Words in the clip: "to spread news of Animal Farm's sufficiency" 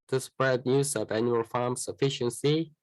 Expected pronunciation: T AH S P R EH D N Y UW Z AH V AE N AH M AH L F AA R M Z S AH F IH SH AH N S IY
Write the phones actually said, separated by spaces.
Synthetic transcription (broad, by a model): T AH S P R EH D N Y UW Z AH V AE N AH AH L F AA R M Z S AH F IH SH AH N S IY